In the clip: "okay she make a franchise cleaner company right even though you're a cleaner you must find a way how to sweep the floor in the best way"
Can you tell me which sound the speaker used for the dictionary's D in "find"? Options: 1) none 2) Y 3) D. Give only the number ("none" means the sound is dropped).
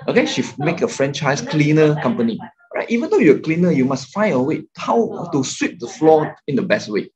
1